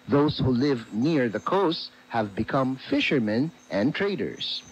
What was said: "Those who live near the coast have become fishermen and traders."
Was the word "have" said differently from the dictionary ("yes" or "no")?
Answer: no